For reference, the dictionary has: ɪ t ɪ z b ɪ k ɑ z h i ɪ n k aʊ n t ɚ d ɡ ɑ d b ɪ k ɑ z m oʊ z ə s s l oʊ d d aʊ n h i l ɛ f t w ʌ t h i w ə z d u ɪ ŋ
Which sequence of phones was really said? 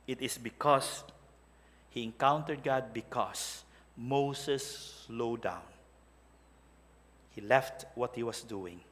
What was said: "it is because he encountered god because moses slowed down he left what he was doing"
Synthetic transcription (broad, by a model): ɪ t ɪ s b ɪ k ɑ s h i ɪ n k aʊ n t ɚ d ɡ ɑ d b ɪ k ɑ s m oʊ s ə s s l oʊ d d aʊ n h i l ɛ f t w ʌ t h i w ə s d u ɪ ŋ